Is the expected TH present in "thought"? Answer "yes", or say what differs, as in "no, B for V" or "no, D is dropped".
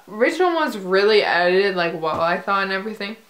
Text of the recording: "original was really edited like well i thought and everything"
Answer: yes